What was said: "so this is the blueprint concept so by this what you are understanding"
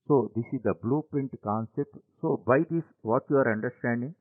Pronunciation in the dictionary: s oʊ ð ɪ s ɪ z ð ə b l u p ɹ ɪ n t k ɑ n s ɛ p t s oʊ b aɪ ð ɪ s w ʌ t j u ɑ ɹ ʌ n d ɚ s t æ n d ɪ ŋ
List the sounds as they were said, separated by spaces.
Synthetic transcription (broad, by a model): s oʊ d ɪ s ɪ z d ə b l u p ɪ n t k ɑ n s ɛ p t s oʊ b aɪ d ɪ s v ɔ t j u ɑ ɹ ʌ n d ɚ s t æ n d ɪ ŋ